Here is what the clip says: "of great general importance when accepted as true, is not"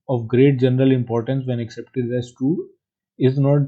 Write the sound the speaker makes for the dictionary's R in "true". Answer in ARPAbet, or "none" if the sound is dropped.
none